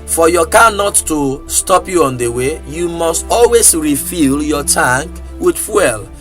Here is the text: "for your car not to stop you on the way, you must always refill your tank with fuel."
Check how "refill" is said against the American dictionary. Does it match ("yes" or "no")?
yes